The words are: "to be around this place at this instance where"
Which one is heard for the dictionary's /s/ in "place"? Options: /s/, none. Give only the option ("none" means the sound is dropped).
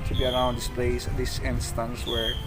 none